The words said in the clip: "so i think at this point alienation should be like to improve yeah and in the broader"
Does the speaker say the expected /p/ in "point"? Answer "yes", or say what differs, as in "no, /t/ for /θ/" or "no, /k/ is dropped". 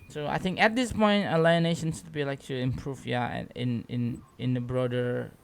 yes